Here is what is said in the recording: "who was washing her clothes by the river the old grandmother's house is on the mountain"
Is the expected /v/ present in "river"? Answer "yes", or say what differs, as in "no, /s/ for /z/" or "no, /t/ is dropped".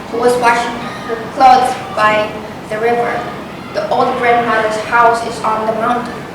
yes